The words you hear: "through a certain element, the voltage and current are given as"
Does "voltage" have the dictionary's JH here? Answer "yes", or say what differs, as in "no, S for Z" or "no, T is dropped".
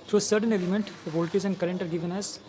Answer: no, Z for JH